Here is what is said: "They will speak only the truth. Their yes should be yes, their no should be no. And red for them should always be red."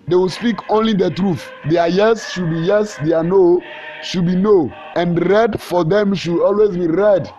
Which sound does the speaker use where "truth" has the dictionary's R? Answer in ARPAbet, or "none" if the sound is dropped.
R